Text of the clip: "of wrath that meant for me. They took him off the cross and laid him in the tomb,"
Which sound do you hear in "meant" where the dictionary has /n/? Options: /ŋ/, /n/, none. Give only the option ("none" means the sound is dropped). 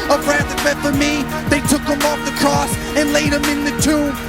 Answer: none